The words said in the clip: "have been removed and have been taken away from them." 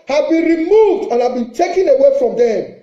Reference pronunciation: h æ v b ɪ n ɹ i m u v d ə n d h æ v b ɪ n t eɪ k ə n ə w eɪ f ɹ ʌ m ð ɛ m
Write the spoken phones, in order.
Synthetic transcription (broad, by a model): h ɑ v b ɪ n ɹ i m u v d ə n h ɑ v b ɪ n t eɪ k ə n ə w eɪ f ɹ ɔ m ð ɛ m